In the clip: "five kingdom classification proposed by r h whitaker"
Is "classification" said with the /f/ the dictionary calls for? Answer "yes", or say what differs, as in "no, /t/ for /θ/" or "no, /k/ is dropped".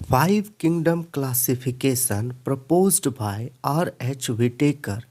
no, /p/ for /f/